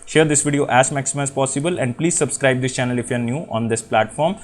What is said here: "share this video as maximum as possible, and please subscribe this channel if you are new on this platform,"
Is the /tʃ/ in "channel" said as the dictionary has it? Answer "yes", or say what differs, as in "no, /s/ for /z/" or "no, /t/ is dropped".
yes